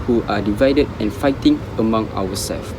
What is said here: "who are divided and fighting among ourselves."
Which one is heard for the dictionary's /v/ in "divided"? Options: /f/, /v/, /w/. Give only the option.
/v/